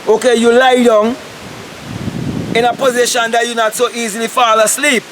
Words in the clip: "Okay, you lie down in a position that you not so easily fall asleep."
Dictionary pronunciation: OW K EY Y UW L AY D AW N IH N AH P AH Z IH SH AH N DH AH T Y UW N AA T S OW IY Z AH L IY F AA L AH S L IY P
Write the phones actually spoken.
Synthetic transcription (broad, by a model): OW K EY Y UW L AY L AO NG IH N AH P AH Z IH SH AH N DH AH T Y UW N AA T S OW IY Z AH L IY F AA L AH S L IY P